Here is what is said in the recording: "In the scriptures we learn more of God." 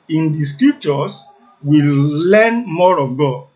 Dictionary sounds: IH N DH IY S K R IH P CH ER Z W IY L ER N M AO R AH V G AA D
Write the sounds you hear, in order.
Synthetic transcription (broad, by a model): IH N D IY S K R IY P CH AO S W IY L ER N M AO R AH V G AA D